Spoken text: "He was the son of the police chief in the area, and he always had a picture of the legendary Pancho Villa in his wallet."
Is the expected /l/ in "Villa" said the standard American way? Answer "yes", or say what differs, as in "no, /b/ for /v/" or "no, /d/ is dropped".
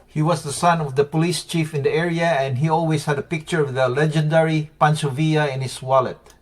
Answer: no, /l/ is dropped